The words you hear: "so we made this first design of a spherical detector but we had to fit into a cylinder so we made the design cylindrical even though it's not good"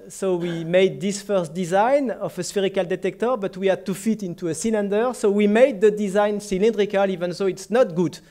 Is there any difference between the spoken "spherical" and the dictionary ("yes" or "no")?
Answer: no